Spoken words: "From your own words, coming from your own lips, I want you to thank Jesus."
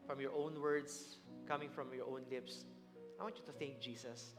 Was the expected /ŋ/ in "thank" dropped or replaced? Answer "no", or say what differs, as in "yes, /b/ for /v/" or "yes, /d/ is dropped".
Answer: no